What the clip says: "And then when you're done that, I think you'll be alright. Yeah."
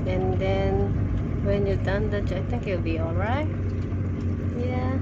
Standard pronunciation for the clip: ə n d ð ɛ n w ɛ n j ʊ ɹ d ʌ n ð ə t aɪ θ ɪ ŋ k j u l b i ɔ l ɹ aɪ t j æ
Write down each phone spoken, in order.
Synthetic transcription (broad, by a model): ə n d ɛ n w ɛ n j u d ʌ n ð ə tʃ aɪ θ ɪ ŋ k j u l b i ɔ l ɹ aɪ t j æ